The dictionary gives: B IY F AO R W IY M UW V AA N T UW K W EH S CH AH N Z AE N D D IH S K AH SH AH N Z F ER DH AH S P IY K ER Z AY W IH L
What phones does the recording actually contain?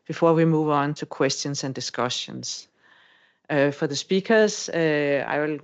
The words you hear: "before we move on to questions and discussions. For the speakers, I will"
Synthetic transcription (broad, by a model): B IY F AO W IY M UW V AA N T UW K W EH S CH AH N S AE N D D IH S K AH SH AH N S F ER DH AH S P IY K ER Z AY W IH L